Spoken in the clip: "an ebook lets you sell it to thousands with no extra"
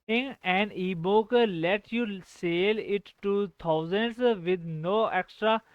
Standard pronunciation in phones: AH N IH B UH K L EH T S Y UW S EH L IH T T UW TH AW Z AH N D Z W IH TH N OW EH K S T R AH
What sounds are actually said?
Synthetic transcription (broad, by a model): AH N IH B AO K L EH T Y UW S EH L IH T T UW T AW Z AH N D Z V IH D N OW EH K S T R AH